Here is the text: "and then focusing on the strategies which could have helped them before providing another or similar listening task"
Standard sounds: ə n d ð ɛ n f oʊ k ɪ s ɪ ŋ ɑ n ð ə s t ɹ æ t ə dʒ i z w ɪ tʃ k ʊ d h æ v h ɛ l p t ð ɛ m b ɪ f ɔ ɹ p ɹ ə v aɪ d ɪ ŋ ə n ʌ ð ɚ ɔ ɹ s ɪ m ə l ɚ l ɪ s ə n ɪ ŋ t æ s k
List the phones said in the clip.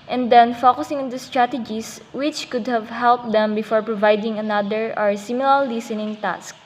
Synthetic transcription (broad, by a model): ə n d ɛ n f oʊ k ɪ s ɪ ŋ ɑ n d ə s t ɹ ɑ t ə dʒ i s w ɪ tʃ k ʊ d h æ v h ɛ l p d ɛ m b ɪ f ɔ ɹ p ɹ ə v aɪ d ɪ ŋ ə n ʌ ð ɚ ɔ ɹ s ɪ m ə l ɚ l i s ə n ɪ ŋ t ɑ s k